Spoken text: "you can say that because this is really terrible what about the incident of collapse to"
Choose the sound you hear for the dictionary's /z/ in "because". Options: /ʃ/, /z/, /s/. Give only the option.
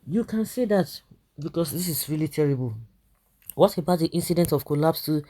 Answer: /s/